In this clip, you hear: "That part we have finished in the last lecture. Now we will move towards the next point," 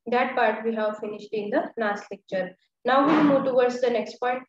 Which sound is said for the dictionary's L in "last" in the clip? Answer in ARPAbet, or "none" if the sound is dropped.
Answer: N